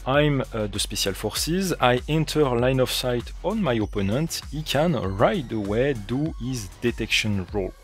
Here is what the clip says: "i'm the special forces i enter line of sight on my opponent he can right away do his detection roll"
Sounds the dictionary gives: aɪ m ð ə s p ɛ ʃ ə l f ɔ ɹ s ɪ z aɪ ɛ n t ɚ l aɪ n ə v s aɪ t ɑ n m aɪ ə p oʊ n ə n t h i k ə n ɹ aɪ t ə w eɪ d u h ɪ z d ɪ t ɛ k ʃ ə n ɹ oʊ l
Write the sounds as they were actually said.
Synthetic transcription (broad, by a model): aɪ m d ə s p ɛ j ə l f ɔ ɹ s ɪ z aɪ ɛ n t ɚ l aɪ n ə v s aɪ t ɑ n m aɪ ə p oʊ n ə n t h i k ə n ɹ aɪ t ə w eɪ d u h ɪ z d ɪ t ɛ k ʃ ə n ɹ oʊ l